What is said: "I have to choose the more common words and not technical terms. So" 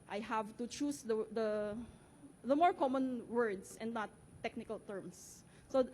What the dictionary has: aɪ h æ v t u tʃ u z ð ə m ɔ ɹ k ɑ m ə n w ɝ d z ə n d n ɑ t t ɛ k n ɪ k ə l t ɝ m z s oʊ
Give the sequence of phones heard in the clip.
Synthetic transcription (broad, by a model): aɪ h æ v t u tʃ u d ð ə m ɔ ɹ k ɑ m ə n w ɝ d s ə n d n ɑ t t ɛ k n ɪ k ə l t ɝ m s s oʊ